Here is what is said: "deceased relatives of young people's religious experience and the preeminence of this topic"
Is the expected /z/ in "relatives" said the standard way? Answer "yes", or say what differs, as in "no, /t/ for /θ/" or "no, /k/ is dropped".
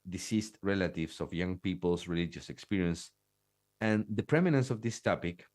no, /s/ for /z/